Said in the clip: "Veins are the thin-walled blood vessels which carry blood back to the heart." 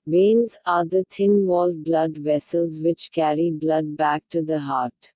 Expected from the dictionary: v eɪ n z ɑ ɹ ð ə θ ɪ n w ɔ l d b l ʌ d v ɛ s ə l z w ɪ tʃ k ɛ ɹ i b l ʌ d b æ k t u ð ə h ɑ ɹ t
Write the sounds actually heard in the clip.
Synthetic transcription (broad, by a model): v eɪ n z ɑ ɹ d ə t ɪ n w ɔ l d b l ʌ d v ɛ s ə l z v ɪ tʃ k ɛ ɹ i b l ʌ d b æ k t u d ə h ɑ ɹ t